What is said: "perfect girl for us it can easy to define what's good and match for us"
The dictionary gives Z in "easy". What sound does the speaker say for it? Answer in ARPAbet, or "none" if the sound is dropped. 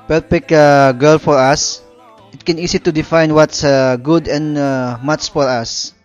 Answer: S